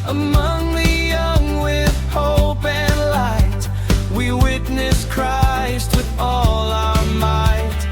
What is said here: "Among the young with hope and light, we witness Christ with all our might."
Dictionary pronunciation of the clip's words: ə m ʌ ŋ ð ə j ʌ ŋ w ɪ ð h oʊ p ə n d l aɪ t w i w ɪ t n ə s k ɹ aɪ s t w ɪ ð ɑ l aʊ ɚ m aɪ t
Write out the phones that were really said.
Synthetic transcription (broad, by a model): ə m ʌ ŋ ð ə j ʌ ŋ w ɪ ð h oʊ p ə n l aɪ t w i w ɪ t n ə s k ɹ aɪ s t w ɪ ð ɑ l aʊ ɚ m aɪ t